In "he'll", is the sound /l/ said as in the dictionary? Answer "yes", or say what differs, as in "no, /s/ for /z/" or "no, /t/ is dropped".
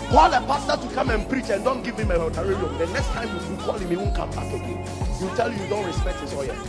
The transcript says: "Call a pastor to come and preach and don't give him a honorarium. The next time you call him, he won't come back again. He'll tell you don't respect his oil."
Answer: no, /w/ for /l/